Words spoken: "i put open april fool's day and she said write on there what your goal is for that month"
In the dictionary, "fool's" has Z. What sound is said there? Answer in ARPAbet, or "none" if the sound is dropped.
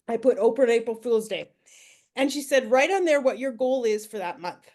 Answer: Z